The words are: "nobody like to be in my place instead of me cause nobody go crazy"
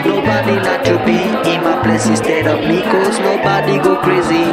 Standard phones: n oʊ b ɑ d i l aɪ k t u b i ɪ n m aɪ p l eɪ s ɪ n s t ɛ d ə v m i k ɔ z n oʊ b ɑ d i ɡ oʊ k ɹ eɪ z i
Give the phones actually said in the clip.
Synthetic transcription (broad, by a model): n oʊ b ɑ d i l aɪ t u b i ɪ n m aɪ p l eɪ s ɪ s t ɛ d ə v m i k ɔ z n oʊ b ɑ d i ɡ oʊ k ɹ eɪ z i